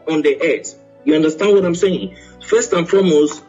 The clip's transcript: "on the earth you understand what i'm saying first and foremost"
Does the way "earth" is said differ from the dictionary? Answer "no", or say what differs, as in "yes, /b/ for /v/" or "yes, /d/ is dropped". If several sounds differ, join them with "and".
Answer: yes, /s/ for /θ/